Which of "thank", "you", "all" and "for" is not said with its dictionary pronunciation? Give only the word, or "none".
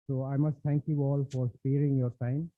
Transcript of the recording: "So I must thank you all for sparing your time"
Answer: thank